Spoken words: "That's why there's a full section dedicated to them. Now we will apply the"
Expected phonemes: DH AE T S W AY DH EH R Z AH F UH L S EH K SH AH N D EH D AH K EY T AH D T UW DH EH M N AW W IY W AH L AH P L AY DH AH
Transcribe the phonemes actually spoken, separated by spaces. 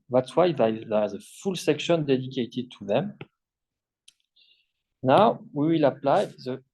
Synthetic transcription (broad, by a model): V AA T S W AY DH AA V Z AH F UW L S EH K SH AH N D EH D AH K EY T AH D T UW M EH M N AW W IY W AH L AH P L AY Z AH